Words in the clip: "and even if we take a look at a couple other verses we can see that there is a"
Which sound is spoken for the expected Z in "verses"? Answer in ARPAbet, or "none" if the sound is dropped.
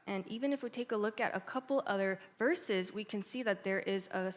Z